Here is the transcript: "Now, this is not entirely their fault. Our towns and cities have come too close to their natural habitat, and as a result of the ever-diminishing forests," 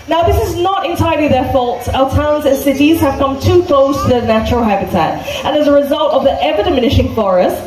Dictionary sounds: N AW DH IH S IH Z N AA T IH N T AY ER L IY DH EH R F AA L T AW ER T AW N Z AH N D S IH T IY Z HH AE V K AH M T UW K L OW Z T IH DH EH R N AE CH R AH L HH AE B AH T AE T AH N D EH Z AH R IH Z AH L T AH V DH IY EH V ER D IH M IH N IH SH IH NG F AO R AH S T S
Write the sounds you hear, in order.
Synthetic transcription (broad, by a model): N AW DH IH S IH Z N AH T IH N T AY ER L IY DH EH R F AA L T AW ER T AW N Z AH N S IH T IY Z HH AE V K AH M T UW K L OW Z T IH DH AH N AE CH R AH L HH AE B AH T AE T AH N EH Z AH R IH Z AH L T AH V DH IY EH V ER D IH M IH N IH SH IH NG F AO R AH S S